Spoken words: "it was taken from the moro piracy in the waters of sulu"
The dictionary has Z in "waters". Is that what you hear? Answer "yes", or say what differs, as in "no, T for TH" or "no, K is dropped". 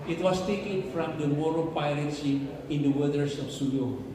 no, S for Z